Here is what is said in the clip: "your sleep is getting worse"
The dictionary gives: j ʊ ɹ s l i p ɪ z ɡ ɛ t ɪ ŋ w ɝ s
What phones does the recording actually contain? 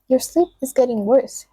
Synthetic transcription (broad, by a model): j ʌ ɹ s l i p ɪ z ɡ ɛ t ɪ ŋ w ɝ s